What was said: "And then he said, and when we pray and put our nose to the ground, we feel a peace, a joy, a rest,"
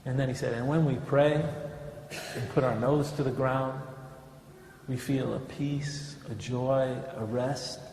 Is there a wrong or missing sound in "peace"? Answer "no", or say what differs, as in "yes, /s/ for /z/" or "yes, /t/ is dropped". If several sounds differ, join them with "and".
no